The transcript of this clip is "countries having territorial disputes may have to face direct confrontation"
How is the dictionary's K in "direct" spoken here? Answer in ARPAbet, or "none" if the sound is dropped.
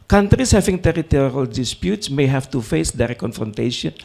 none